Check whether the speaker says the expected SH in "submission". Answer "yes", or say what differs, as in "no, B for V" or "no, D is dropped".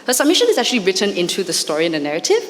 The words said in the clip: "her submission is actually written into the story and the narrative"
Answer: yes